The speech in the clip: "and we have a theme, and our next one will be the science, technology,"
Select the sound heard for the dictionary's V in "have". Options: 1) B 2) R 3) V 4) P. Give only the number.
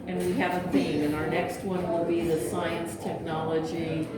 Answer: 3